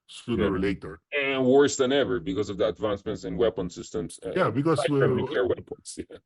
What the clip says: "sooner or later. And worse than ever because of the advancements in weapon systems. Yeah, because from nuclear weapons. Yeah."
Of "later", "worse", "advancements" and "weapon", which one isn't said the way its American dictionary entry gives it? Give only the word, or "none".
none